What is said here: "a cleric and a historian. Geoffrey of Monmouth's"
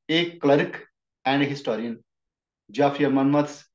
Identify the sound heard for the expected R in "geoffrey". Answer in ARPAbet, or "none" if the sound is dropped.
none